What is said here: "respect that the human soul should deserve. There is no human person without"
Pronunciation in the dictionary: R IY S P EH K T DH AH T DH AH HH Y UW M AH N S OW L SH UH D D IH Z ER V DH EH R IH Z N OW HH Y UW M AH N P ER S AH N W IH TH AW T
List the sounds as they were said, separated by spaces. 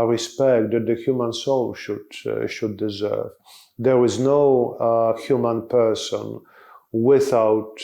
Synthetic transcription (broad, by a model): R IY S P EH K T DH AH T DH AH HH Y UW M AH N S OW L SH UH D D IH Z ER V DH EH R IH Z N OW HH Y UW M AH N P ER S AH N W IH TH AW T